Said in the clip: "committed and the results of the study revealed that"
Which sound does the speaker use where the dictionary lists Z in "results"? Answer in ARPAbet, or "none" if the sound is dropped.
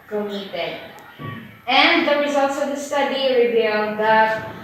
Z